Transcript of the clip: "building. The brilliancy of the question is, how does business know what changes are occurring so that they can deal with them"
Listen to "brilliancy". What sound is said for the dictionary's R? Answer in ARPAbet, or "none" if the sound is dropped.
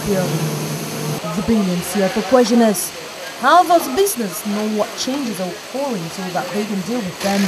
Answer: none